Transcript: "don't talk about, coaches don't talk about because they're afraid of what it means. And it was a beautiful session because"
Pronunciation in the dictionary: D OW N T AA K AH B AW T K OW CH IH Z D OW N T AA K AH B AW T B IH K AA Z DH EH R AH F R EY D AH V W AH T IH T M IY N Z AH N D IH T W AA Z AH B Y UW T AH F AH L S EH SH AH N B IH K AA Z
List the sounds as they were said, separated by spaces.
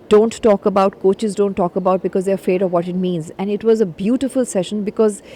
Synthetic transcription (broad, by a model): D OW N T AA K AH B AW T K OW CH IH Z D OW N T AA K AH B AW T B IH K AA Z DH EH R AH F R EY D AH V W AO T IH T M IY N Z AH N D IH T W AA Z AH B Y UW T AH F AH L S EH SH AH N B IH K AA Z